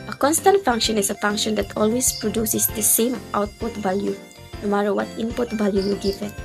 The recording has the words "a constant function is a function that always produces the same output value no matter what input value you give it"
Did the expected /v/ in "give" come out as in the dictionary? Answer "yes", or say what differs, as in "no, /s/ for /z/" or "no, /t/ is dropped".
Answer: no, /f/ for /v/